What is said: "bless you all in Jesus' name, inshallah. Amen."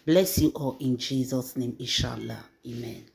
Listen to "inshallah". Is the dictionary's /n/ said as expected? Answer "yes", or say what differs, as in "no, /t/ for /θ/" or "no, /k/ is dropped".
no, /n/ is dropped